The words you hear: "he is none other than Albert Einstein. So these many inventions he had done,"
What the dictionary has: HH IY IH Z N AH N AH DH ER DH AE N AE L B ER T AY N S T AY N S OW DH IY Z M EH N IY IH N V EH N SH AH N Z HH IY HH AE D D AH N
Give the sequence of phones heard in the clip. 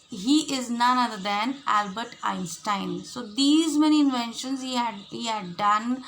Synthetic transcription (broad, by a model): HH IY IH Z N AH N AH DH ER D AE N AE L B ER T AY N S T AY N S OW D IY Z M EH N IY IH N V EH N SH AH N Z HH IY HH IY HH D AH N